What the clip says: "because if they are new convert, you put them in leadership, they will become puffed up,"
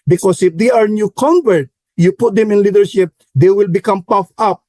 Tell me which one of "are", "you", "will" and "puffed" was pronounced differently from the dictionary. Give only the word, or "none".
puffed